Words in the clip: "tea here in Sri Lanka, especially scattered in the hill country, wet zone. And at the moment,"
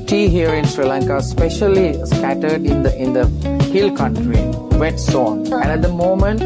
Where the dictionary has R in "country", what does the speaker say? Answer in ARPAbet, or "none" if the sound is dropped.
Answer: R